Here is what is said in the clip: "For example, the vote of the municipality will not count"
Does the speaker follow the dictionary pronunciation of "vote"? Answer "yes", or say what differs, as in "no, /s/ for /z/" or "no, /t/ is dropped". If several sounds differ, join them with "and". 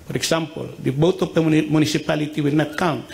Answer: no, /b/ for /v/